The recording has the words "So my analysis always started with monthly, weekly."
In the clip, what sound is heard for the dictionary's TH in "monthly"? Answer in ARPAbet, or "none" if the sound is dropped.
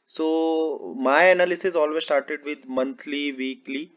T